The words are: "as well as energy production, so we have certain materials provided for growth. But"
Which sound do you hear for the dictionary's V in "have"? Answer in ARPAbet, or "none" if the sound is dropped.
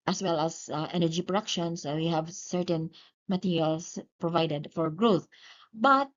V